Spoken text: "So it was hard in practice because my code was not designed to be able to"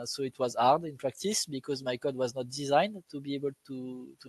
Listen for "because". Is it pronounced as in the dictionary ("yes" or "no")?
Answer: yes